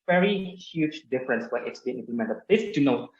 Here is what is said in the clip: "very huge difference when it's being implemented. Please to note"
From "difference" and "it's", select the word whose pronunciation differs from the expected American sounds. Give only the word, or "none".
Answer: none